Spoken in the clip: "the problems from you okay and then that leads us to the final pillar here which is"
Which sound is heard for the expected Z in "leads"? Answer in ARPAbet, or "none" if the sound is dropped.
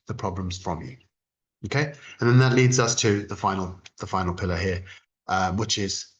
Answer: Z